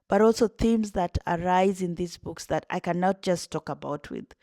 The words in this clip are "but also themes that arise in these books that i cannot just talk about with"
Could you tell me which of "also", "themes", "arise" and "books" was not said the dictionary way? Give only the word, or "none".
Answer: none